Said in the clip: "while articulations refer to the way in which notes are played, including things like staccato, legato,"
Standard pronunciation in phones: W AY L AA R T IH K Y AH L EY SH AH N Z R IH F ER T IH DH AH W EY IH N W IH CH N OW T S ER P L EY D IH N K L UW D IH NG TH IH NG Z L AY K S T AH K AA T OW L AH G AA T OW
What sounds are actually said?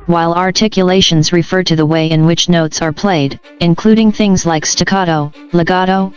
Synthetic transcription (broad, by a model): W AY L AA R T IH K Y AH L EY SH AH N Z R IH F ER T IH DH AH W EY IH N W IH CH N OW T S ER P L EY D IH N K L UW D IH NG TH IH NG Z L AY K S T AH K AA T OW L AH G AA T OW